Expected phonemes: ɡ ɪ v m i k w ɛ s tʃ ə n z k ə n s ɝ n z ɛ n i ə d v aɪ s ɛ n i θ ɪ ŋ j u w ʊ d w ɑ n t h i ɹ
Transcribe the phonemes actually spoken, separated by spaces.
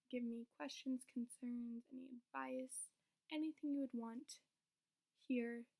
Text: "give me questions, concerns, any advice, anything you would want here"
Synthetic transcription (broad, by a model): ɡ ɪ v m i k w ɛ s tʃ ə n z k n s ɝ n z ɛ n i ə d v aɪ s ɛ n i θ ɪ ŋ j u w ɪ d w ɑ n t h i ɹ